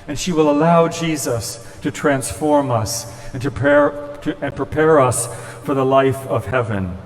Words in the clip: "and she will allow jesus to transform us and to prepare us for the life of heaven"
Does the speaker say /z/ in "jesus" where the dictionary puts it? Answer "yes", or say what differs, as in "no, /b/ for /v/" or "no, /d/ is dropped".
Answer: yes